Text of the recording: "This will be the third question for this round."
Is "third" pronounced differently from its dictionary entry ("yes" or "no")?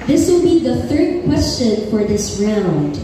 no